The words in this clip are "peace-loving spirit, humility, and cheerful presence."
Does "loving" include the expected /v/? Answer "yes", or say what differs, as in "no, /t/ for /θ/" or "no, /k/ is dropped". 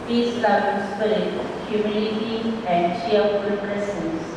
no, /v/ is dropped